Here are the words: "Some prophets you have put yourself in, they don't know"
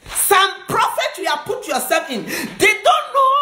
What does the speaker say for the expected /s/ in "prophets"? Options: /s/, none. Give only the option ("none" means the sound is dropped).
none